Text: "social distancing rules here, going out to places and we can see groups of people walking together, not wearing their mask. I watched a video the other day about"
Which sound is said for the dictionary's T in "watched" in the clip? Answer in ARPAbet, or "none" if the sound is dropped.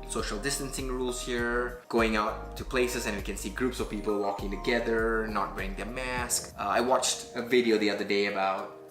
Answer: T